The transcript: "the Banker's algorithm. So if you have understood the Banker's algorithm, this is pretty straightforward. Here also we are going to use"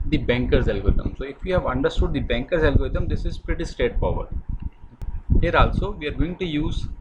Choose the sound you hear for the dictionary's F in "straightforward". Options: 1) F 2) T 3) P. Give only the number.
3